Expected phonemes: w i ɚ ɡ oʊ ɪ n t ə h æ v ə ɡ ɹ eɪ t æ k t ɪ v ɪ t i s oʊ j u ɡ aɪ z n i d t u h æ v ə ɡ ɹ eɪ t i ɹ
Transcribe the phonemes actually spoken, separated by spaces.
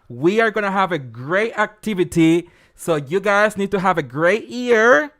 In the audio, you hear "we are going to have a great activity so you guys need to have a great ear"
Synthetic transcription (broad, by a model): w i ɚ ɡ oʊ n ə h æ v ə ɡ ɹ eɪ t æ k t ɪ v ɪ t i s oʊ j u ɡ aɪ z n i d t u h æ v ə ɡ ɹ eɪ t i ɹ